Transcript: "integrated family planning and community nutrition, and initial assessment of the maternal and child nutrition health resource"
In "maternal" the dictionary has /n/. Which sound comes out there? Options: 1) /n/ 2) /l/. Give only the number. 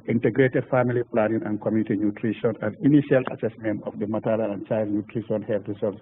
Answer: 2